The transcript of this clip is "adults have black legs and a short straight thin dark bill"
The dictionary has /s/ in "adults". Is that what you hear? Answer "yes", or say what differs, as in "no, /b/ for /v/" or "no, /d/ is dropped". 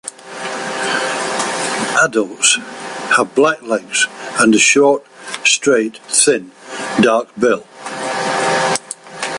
yes